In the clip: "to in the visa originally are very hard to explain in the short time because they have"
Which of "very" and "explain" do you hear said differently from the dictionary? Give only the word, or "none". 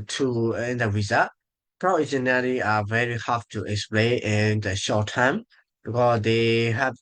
none